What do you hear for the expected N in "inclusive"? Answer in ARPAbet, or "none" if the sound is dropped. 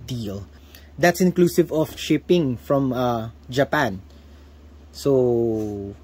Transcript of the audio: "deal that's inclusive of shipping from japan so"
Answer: N